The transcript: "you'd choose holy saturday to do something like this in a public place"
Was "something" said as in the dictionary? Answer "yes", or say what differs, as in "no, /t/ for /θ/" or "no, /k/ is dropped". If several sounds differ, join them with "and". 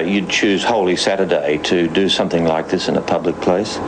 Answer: yes